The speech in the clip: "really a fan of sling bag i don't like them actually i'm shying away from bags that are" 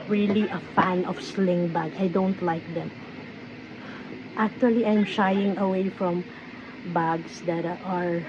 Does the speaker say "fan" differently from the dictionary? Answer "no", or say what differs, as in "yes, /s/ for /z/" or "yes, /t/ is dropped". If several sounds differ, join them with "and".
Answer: no